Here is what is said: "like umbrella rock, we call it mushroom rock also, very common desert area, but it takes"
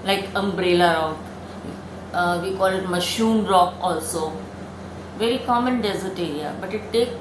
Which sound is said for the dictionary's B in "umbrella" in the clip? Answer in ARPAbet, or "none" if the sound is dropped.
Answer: B